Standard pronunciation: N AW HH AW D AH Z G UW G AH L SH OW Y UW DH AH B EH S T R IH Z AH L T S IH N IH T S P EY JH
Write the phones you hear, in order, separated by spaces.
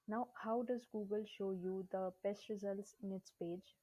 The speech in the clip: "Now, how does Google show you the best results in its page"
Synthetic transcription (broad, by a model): N AW HH AW D AH Z G UW G AH L SH OW Y UW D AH B EH S T R IH Z AH L T S IH N IH T S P EY JH